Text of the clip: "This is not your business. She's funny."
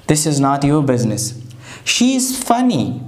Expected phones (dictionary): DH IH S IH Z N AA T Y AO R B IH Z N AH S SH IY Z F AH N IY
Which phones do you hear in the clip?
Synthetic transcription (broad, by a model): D IH S IH Z N AA T Y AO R B IH Z N AH S SH IY Z F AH N IY